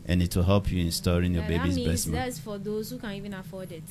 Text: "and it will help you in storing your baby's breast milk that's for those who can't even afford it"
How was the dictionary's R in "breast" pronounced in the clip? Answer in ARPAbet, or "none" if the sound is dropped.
none